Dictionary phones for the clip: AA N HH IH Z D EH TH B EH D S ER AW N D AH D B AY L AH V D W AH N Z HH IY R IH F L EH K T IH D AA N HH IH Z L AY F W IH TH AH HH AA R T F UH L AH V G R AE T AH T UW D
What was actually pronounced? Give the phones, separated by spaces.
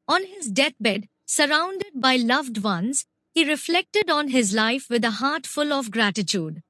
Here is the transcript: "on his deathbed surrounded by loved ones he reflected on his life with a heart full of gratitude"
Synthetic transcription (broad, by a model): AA N HH IH Z D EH T B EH D S ER AW N D AH D B AY L AH V D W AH N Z HH IY R IH F L EH K T IH D AA N HH IH Z L AY F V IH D AH HH AA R T F UH L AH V G R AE T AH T UW D